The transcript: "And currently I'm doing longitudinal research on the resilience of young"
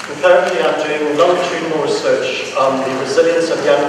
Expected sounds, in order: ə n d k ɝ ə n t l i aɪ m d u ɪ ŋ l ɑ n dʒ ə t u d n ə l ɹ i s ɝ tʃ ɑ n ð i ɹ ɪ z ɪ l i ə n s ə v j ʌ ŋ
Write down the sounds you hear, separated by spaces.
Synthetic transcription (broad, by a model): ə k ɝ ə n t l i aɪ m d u ɪ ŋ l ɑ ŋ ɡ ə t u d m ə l ɹ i s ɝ tʃ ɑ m ð i ɹ ɪ z ɪ l i ə n s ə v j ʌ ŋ